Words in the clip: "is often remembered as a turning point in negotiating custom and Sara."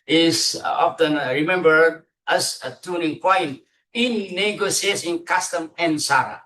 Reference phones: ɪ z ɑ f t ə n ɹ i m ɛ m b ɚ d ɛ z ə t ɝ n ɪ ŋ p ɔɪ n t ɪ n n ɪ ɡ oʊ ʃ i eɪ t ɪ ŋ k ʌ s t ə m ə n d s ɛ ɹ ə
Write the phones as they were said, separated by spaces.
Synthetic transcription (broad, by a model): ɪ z ɑ f t ə n ɹ i m ɛ m b ɚ d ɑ s ə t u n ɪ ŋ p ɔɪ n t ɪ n n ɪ ɡ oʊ s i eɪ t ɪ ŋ k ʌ s t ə m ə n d s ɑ ɹ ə